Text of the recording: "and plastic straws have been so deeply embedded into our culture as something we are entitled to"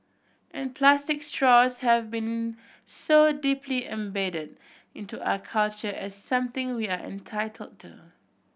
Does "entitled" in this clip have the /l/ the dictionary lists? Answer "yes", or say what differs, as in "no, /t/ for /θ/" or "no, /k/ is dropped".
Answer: yes